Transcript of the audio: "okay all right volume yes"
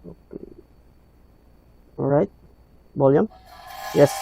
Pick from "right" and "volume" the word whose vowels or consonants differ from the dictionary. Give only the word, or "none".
volume